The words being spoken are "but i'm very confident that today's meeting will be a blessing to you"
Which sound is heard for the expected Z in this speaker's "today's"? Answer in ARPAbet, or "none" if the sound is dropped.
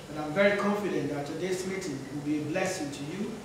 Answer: S